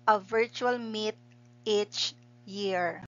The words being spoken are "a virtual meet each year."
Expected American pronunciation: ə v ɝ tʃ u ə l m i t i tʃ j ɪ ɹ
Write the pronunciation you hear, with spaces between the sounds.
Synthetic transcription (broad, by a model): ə v ɝ tʃ u ə l m i t i tʃ j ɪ ɹ